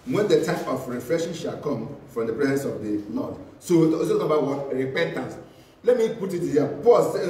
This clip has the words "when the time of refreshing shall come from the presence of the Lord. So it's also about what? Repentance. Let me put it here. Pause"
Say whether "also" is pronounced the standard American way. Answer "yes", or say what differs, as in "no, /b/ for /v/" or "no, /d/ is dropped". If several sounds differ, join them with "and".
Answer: no, /s/ is dropped